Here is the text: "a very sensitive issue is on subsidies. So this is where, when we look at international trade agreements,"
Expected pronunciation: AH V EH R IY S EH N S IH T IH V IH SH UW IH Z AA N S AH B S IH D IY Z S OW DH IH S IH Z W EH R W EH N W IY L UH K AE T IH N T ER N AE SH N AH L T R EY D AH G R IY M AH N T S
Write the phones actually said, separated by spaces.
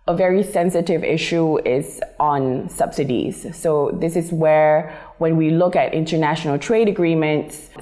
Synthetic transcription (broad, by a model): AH V EH R IY S EH N S IH T IH V IH SH UW IH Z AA N S AH B S IH D IY Z S OW DH IH S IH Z W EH R W EH N W IY L UH K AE T IH N T ER N AE SH N AH L T R EY D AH G R IY M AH N T S